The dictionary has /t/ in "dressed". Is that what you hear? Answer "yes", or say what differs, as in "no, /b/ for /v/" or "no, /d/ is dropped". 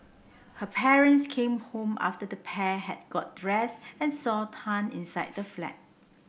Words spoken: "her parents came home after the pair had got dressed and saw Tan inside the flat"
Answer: no, /t/ is dropped